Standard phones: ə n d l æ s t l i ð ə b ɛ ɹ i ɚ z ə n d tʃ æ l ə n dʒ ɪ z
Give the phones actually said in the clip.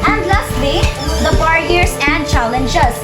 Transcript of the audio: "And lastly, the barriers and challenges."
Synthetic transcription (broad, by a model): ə n d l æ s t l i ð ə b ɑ ɹ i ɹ s ə n d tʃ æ l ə n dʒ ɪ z